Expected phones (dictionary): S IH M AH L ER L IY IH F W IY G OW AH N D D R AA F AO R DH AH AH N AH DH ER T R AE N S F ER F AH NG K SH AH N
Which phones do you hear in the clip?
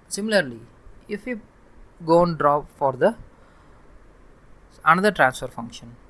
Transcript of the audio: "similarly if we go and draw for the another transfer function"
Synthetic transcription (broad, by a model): S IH M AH L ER L IY IH F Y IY G OW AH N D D R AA F AO R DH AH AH N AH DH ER T R AE N S F ER F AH NG K SH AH N